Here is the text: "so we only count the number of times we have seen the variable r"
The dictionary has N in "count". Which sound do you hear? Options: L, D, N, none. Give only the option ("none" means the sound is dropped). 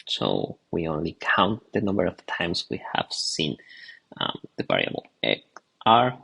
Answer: N